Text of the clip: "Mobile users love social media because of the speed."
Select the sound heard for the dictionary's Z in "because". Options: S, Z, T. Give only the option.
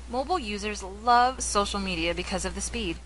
Z